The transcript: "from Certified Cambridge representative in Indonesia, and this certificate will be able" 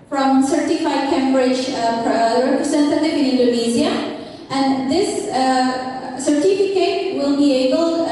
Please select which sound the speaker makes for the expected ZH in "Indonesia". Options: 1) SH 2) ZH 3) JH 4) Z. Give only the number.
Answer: 4